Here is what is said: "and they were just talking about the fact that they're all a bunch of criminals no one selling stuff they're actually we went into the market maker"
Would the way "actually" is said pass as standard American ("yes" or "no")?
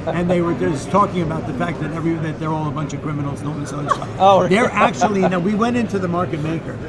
no